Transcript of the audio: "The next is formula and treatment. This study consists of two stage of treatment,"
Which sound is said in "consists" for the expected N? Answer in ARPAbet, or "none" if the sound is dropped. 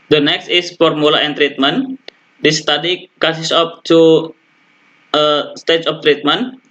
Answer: none